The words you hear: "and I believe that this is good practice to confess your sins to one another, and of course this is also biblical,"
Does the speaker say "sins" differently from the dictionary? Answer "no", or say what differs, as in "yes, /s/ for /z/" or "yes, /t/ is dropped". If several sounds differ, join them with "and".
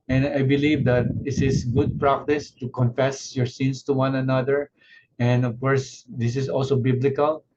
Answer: yes, /s/ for /z/